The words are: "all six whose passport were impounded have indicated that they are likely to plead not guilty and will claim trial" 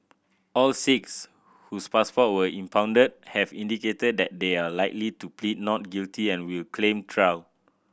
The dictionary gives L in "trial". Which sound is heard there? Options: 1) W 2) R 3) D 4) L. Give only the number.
1